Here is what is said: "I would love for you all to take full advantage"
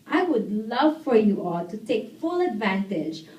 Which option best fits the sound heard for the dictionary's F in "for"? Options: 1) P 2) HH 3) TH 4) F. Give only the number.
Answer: 4